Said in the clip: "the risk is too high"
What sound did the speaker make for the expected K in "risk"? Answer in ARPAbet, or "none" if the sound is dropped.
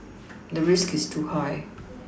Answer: K